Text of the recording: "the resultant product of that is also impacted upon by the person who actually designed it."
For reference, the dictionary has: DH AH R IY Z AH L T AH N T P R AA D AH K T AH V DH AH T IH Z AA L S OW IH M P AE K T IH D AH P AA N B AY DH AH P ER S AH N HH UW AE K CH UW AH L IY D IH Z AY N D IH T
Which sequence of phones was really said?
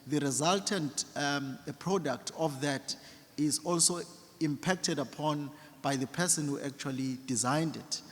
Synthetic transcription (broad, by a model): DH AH R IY Z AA L T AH N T P R AA D AH K T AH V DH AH T IH Z AA L S OW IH M P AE K T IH D AH P AA N B AY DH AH P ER S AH N HH UW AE K CH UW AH L IY D IH Z AY N D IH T